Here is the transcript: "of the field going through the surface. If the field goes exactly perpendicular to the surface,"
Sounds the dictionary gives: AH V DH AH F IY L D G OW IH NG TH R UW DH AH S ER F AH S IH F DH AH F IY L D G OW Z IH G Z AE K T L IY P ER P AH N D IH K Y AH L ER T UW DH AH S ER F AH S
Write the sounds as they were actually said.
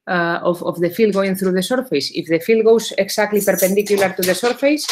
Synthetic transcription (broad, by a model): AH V DH AH F IY L D G OW IH NG TH R UW DH AH S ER F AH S IH F DH AH F IY L D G OW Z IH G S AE K T L IY P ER P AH N D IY K Y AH L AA T UW DH AH S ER F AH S